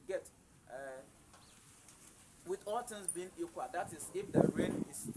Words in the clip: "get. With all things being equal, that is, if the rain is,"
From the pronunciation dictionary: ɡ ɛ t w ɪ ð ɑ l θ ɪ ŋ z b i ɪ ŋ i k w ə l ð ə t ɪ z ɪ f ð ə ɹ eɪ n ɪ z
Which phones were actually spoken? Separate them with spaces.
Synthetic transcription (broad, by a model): ɡ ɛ t w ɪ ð ɑ l t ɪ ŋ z b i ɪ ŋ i k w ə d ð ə t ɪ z ɪ f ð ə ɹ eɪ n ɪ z